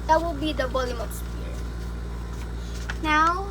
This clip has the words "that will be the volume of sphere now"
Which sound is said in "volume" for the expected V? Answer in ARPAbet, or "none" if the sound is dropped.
B